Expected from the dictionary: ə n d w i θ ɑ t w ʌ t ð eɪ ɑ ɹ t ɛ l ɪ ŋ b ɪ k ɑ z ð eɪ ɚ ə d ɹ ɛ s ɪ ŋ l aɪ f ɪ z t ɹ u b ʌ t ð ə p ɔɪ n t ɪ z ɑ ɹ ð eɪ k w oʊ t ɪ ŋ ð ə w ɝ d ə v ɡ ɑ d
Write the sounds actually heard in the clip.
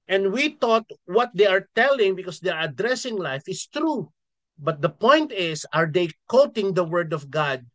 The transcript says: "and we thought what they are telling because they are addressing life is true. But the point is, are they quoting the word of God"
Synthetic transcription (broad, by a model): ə n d w i t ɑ t w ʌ t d eɪ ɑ ɹ t ɛ l ɪ ŋ b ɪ k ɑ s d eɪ ɚ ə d ɹ ɛ s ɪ ŋ l aɪ f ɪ s t ɹ u b ʌ t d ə p ɔɪ n t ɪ s ɑ ɹ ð eɪ k oʊ t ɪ ŋ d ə w ɝ d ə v ɡ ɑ d